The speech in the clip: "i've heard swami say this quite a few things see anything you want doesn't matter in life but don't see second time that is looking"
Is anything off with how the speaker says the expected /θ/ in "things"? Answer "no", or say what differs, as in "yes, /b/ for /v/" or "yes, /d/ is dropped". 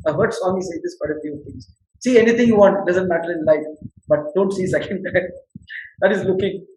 yes, /t/ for /θ/